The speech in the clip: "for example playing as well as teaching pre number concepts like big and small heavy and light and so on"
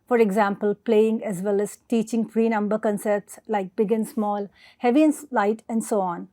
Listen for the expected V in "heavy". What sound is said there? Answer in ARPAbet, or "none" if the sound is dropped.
V